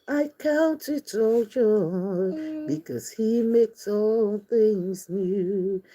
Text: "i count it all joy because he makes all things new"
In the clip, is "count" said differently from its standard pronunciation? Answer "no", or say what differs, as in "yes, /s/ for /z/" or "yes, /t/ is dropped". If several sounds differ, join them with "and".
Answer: no